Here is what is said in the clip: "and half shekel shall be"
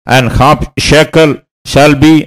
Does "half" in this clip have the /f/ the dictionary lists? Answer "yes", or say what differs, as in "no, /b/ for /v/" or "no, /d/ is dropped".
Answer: no, /p/ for /f/